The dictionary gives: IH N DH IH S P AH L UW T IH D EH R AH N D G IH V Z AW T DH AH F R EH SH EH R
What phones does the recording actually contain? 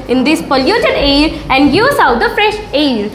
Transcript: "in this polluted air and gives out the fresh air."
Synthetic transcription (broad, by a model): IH N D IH S P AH L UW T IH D EH R AH N D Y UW Z AW T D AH F R EH SH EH R